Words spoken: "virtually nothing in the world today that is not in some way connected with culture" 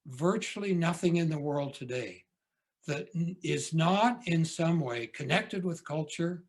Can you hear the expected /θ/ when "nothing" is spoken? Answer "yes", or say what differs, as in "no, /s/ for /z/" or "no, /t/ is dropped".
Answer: yes